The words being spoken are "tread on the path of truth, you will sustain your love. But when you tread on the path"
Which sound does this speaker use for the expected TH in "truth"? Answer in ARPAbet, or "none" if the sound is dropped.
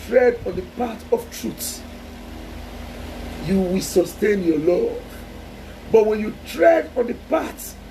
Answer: S